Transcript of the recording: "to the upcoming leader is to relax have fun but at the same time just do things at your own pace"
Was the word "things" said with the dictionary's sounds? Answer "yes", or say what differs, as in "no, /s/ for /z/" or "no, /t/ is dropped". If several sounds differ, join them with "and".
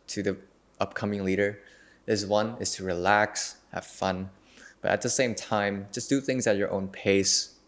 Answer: yes